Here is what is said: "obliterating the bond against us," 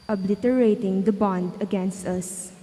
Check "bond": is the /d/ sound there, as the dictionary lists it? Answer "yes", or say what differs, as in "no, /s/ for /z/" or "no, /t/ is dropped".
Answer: yes